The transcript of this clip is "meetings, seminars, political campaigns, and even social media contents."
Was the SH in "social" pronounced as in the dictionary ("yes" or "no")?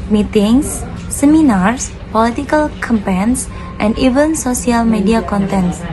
no